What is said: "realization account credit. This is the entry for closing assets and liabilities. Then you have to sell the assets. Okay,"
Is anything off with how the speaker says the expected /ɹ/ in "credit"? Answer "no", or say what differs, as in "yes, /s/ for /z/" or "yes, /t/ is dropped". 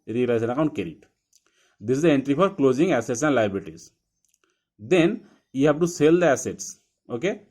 yes, /ɹ/ is dropped